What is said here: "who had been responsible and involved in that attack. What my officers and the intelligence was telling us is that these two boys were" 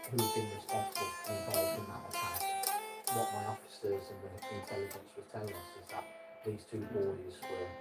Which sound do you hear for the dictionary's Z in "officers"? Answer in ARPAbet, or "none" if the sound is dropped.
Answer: Z